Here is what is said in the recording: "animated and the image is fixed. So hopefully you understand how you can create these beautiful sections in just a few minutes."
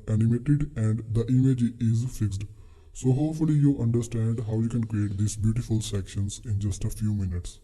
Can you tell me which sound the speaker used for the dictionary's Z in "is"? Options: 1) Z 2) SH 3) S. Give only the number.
1